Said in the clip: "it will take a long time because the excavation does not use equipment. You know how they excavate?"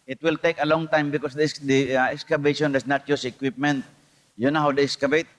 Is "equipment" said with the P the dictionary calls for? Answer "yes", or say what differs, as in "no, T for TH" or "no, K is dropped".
yes